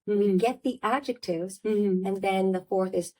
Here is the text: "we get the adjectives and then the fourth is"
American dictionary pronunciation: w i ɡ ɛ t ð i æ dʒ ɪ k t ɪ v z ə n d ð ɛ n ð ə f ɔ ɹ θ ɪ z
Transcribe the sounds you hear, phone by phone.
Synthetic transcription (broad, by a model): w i ɡ ɛ t ð i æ dʒ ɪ k t ɪ v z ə n ð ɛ n ð ə f ɔ ɹ θ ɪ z